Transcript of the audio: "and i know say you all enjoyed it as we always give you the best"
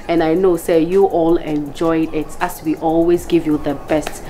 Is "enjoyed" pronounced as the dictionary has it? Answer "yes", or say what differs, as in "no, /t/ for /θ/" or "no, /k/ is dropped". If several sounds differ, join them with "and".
yes